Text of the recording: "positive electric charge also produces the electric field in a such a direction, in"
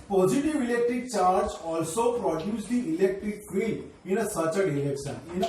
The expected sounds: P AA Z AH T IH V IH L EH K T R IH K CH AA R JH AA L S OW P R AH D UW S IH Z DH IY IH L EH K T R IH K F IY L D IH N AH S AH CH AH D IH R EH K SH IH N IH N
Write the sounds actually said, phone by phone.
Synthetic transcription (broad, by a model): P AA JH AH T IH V IH L EH K T R IH K CH AA R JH AA L S OW P R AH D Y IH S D IY IH L EH K T R IH K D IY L IH N AH S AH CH AH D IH L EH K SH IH N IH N